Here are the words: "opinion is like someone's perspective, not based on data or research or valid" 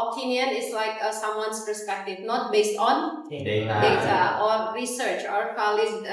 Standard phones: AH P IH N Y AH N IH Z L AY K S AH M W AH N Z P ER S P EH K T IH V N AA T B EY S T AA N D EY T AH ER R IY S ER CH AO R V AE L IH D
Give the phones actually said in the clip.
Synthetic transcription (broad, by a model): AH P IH N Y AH N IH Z L AY K S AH M W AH N S P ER S P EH K T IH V N AA T B EY S T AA N D EY T AH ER R IY S ER CH AO R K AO L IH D